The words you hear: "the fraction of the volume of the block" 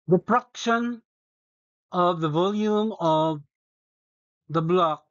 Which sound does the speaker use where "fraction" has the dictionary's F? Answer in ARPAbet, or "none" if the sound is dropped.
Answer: P